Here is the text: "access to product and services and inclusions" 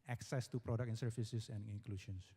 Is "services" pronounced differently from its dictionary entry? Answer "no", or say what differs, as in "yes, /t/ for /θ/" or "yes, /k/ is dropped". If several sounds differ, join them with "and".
yes, /s/ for /z/